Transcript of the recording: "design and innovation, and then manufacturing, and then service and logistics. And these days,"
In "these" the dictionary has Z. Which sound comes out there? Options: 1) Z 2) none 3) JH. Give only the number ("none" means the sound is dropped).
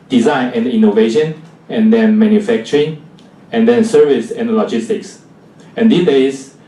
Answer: 2